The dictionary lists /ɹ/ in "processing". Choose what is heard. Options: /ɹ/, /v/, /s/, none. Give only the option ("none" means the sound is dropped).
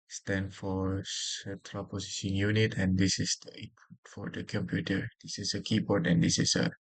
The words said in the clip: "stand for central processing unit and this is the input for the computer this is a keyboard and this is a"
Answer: none